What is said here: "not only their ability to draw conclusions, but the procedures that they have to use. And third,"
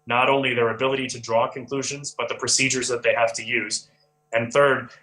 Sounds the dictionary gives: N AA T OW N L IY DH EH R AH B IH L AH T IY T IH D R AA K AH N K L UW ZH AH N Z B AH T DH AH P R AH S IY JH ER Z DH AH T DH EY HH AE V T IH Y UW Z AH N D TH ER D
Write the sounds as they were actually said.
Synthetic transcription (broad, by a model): N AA T OW N L IY DH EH R AH B IH L AH T IY T IH D R AA K AH N K L UW ZH AH N Z B AH T DH AH P R AH S IY JH ER Z DH AH T DH EY HH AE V T IH Y UW Z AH N TH ER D